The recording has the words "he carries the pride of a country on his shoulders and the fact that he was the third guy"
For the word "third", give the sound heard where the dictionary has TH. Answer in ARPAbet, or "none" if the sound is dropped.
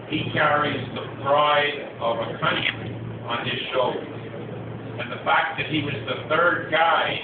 TH